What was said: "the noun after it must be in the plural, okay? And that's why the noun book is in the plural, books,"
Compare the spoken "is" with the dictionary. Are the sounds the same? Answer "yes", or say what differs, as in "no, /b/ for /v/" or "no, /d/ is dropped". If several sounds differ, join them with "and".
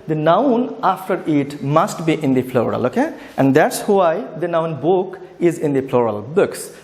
yes